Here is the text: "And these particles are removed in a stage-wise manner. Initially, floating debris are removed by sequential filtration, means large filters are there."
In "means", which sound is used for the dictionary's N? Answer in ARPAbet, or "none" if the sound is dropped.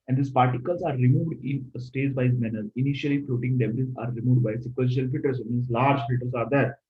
none